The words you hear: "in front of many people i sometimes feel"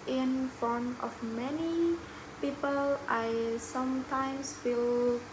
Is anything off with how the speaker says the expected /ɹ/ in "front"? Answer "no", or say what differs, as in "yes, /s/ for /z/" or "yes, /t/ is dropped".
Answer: yes, /ɹ/ is dropped